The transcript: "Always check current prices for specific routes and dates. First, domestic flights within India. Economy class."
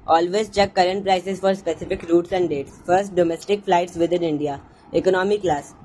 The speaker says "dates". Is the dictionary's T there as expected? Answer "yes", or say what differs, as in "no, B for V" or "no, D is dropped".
yes